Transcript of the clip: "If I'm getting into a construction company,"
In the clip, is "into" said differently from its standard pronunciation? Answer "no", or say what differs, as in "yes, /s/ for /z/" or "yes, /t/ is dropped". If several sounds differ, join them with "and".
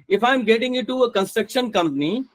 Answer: yes, /n/ is dropped